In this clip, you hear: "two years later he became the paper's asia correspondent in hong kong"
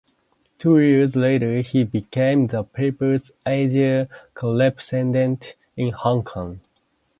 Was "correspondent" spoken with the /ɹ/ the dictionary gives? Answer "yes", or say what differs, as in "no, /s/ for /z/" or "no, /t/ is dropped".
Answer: no, /l/ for /ɹ/